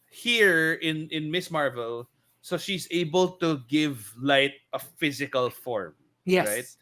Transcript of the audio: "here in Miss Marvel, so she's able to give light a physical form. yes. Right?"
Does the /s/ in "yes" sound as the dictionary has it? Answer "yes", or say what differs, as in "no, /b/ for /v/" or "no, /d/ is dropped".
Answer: no, /s/ is dropped